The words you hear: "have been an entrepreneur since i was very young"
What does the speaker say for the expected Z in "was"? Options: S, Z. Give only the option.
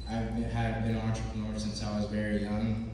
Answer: Z